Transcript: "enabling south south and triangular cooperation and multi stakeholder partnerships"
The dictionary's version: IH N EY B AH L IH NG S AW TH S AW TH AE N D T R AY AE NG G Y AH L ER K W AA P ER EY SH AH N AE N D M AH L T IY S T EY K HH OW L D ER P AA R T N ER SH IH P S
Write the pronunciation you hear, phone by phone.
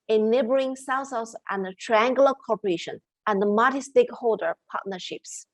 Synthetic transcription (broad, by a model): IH N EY B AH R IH NG S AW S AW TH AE N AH T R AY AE NG G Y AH L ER K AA P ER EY SH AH N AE N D M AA T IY S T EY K HH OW L D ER P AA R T N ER SH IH P S